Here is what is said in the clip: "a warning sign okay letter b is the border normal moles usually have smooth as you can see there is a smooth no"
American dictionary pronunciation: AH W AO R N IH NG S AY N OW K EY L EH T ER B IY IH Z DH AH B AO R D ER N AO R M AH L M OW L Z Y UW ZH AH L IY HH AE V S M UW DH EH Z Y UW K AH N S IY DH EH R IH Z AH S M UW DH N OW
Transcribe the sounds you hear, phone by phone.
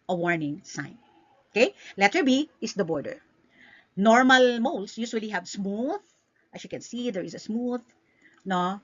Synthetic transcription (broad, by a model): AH W AO R N IH NG S AY N OW K EY L EH T ER B IY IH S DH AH B AO R D ER N AO R M AH L M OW L S Y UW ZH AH L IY HH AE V S M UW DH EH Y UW K AH N S IY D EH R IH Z AH S M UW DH N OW